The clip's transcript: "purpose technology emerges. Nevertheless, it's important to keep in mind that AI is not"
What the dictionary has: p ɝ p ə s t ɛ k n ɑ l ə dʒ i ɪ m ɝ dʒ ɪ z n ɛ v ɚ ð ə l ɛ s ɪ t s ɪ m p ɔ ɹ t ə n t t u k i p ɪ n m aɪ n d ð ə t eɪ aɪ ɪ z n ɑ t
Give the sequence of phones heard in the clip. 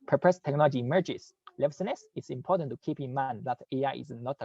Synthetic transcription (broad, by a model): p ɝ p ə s t ɛ k n ɑ l ə dʒ i m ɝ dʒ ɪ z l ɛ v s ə n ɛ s ɪ t s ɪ m p ɔ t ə n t t u k i p ɪ n m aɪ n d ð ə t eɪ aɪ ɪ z n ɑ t